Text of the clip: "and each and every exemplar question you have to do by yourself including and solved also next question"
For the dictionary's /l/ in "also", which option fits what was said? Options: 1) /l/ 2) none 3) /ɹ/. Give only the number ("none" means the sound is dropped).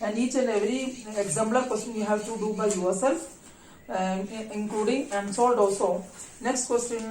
2